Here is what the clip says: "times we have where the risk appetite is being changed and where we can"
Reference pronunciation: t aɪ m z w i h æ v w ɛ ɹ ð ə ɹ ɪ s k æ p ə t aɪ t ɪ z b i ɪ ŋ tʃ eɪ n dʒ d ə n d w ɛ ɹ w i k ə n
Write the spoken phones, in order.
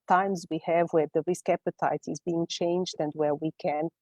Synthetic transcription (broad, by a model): t aɪ m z w i h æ v w ɛ ɹ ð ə ɹ ɪ s k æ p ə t aɪ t ɪ z b i ɪ ŋ tʃ eɪ n dʒ d ə n d w ɛ ɹ w i k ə n